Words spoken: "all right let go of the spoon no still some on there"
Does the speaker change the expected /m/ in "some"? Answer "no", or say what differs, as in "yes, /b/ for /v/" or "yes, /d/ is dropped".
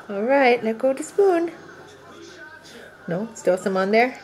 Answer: no